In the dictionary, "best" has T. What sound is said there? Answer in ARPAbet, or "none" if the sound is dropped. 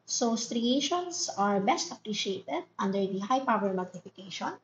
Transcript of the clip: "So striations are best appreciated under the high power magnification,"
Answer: T